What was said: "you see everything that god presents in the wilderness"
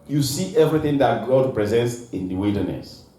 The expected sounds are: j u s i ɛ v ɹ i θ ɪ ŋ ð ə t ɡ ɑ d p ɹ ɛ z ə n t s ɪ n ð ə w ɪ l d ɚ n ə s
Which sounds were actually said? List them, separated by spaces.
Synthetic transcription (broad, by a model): j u s i ɛ v ɹ i θ ɪ ŋ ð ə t ɡ ɑ d p ɹ ɛ z ə n t s ɪ n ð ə w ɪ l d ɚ n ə s